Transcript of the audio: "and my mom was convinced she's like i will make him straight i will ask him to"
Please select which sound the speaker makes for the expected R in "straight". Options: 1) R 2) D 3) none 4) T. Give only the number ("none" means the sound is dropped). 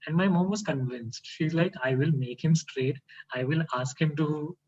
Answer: 1